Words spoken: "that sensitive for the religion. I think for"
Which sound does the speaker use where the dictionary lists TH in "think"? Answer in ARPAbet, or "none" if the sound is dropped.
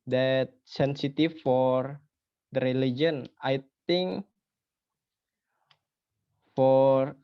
T